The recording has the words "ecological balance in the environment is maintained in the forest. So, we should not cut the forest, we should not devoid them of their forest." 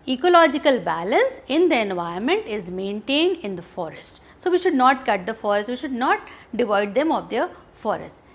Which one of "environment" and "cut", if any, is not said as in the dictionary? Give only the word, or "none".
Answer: environment